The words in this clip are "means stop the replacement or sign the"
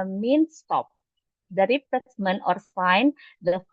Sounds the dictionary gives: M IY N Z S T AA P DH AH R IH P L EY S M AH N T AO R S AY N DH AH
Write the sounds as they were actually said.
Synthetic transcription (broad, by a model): M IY N S T AA P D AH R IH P EY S M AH N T AO R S AY N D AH